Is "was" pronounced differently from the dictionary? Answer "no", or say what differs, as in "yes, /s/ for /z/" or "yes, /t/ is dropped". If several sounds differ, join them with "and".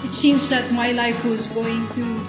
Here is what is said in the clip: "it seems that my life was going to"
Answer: no